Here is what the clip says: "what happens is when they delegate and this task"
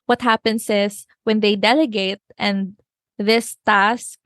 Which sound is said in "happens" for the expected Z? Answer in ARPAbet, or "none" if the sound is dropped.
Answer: S